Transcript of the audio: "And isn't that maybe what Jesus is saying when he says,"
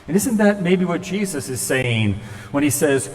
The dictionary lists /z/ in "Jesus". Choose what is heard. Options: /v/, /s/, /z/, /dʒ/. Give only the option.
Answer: /z/